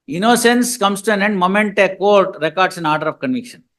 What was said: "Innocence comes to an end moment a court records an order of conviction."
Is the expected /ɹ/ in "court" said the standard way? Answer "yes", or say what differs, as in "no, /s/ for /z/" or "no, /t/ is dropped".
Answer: yes